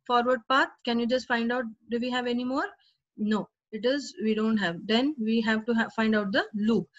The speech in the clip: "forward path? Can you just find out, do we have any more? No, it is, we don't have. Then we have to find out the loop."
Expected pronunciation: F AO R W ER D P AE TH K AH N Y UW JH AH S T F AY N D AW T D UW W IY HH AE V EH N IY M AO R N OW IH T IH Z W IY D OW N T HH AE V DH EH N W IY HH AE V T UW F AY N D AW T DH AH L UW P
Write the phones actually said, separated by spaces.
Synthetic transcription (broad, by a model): F AO R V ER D P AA T K AH N Y UW JH AH S T F AY N D AW T D UW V IY HH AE V EH N IY M AO R N OW IH T IH Z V IY D OW N T HH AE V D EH N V IY HH AE V T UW F AY N D AW T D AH L UW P